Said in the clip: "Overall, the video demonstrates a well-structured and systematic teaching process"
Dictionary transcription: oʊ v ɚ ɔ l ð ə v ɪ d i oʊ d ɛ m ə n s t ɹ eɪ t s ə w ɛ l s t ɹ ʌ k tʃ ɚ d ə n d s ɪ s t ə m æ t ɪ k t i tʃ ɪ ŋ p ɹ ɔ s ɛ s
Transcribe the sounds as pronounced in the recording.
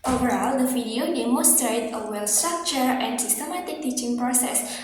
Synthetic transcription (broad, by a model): oʊ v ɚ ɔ l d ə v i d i oʊ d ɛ m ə s t ɹ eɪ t ə w ɛ l s t ɹ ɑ k tʃ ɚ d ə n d s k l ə m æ t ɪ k t i tʃ ɪ ŋ p ɹ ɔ s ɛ s